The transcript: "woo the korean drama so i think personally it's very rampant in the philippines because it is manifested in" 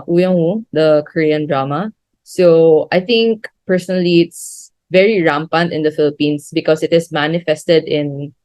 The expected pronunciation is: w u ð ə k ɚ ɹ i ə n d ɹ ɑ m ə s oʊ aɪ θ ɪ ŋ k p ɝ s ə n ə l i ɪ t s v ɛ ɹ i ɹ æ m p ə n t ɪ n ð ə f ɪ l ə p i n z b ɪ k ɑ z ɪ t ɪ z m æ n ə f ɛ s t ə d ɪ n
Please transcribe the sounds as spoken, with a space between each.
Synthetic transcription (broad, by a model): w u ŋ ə k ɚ ɹ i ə n d ɹ ɑ m ə s oʊ aɪ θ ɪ ŋ k p ɝ s ə n ə l i ɪ t s v ɛ ɹ i ɹ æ m p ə n t ɪ n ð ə f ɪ l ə p i n s b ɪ k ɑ s ɪ t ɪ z m æ n ə f ɛ s t ə d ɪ n